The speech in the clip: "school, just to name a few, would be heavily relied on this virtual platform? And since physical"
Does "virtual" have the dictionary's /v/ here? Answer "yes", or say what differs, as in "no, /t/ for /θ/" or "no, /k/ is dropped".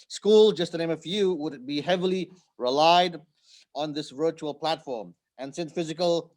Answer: yes